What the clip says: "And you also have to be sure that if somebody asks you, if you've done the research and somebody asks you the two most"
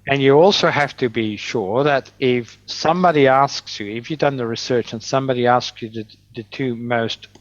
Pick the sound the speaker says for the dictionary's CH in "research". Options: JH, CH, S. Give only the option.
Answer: CH